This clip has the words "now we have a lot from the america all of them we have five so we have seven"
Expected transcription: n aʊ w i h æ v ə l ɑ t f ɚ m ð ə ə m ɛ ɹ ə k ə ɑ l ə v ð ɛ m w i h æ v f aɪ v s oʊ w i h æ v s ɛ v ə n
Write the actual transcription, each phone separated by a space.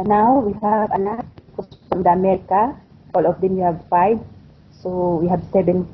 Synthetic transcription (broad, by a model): n aʊ w i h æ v ə n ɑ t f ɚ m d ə ə m ɛ ɹ ə k ə ɑ l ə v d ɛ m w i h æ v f aɪ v s oʊ w i h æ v s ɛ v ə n